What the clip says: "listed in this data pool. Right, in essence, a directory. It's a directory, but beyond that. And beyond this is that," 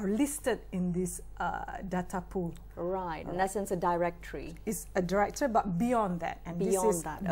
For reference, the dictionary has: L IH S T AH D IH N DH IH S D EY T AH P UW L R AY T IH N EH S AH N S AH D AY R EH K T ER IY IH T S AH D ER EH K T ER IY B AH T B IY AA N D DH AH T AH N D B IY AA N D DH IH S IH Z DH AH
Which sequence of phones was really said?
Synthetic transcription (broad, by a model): L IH S T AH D IH N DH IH S D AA T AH P UW L R AY T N EH S AH N S AH D AY R EH K T ER IY IH T S AH D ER EH K T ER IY B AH T B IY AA N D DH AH T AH N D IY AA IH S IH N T